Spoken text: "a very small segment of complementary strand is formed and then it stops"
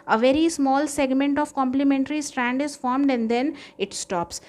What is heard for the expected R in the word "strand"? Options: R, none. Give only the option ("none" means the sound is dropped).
R